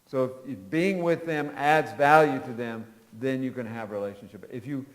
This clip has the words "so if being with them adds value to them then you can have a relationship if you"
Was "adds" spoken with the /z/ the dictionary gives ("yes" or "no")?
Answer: yes